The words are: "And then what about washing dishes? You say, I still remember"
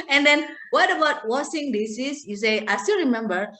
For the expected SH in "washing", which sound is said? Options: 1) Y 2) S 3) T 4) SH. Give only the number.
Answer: 2